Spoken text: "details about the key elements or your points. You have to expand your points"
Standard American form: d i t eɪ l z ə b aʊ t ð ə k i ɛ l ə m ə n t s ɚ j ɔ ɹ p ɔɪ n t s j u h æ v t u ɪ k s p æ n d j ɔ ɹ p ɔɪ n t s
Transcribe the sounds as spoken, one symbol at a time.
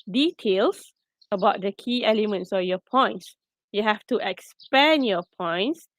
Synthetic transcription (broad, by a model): d i t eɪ l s ə b aʊ t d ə k i ɛ l ə m ə n t s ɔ j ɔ p ɔɪ n t s j u h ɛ f t u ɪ k s p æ n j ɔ p ɔɪ n t s